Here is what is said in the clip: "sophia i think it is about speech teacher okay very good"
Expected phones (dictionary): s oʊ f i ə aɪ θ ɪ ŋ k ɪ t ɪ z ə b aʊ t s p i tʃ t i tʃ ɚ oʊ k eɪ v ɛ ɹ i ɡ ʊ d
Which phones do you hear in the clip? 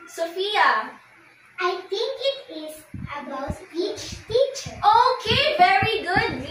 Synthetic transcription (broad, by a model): s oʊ f i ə aɪ t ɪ ŋ k ɪ t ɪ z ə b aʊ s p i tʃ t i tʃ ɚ oʊ k eɪ v ɛ ɹ i ɡ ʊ d